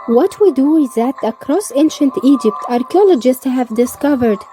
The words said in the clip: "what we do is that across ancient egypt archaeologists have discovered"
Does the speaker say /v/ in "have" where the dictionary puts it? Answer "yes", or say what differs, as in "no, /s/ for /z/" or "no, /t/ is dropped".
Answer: yes